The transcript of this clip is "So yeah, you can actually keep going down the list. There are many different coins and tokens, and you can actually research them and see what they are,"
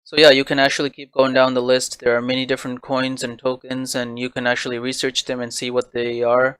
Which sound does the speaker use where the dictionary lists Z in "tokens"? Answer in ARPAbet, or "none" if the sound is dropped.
Z